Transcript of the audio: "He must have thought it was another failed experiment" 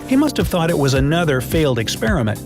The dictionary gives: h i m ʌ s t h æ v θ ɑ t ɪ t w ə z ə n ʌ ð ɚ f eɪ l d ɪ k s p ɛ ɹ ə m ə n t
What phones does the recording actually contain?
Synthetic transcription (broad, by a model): h i m ʌ s t h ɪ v θ ɑ t ɪ t w ə z ə n ʌ ð ɚ f eɪ l d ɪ k s p ɛ ɹ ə m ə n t